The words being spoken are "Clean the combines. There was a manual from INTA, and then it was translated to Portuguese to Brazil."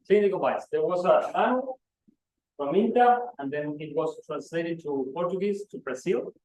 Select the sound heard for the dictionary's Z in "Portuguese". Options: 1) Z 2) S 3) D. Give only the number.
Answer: 2